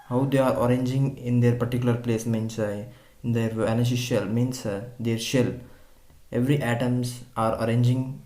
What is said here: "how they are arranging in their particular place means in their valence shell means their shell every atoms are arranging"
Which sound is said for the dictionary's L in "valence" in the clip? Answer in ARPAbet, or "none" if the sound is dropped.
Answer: N